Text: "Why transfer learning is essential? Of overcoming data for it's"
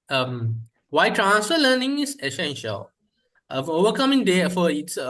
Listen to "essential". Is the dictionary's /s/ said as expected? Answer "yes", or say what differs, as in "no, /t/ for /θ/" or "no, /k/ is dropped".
yes